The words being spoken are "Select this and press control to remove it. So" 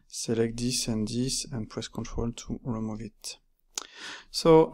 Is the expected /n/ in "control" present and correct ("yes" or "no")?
yes